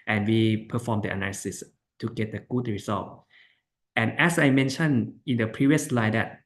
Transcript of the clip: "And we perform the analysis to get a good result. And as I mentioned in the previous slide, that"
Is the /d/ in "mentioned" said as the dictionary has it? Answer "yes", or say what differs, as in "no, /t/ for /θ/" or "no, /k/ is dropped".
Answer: no, /d/ is dropped